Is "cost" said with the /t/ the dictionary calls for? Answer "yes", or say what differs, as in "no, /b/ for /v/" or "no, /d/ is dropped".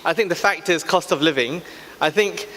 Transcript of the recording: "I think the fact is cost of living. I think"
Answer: yes